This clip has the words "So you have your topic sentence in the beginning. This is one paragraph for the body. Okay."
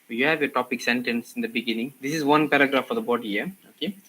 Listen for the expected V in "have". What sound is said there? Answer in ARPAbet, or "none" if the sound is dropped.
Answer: V